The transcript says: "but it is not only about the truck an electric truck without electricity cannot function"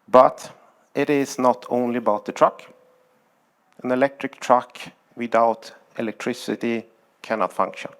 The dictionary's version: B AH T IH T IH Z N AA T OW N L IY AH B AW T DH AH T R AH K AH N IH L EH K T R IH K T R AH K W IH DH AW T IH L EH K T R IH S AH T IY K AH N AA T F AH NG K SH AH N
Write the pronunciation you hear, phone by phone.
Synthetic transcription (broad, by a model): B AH T IH T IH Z N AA T OW N L IY AH B AW T DH AH T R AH K AH N IH L EH K T R IH K T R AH K W IH DH AW T IH L EH K T R IH S AH T IY K AH N AA T F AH NG K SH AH N